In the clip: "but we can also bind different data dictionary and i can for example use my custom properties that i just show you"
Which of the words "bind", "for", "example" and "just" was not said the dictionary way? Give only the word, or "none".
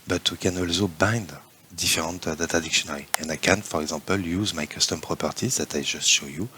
example